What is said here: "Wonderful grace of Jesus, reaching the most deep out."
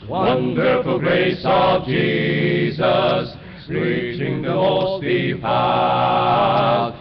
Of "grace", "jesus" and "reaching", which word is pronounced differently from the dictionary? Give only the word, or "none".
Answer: none